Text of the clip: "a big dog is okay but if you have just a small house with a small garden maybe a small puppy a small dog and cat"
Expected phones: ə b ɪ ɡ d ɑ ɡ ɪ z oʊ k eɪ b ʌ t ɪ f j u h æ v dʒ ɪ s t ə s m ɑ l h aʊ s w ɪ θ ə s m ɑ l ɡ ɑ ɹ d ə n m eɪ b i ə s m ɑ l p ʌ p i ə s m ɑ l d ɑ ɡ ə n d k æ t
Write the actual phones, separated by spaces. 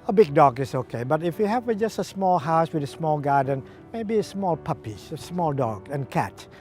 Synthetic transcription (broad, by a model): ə b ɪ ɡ d ɑ ɡ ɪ s oʊ k eɪ b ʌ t ɪ f j u h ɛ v dʒ ɪ s t ə s m ɑ l h aʊ s w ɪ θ ə s m ɑ l ɡ ɑ d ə n m eɪ b i ə s m ɑ l p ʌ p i ə s m ɑ l d ɑ ɡ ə n k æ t